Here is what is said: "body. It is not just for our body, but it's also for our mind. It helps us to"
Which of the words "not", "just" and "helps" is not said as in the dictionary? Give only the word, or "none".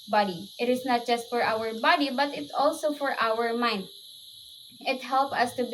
helps